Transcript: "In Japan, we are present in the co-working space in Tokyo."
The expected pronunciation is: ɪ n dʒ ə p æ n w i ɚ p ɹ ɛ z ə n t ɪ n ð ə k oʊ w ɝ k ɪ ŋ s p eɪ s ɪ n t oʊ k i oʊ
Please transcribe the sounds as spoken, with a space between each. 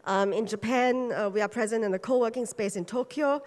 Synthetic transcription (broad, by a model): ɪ n dʒ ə p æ n w i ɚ p ɹ ɛ z ə n t ɪ n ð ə k oʊ w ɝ k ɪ ŋ s p eɪ s ɪ n t oʊ k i oʊ